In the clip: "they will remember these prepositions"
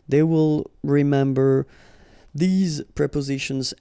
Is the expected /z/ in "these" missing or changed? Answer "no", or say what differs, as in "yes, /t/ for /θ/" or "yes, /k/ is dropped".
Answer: no